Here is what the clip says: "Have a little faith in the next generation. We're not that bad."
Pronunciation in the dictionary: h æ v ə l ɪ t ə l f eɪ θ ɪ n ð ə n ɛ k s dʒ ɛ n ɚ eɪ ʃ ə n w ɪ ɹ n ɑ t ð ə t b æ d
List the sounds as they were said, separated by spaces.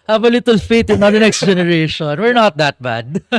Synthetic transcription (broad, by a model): h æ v ə l ɪ t ə l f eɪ t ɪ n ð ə n ɛ k s dʒ ɛ n ɚ eɪ ʃ ə n w ɪ ɹ n ɑ t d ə t b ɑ d